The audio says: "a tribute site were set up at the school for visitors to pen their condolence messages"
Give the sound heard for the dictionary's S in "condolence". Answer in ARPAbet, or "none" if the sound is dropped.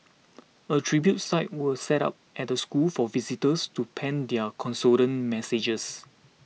none